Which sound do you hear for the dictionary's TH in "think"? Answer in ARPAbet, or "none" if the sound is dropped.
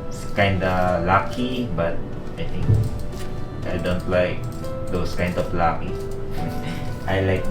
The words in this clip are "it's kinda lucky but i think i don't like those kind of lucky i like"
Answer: T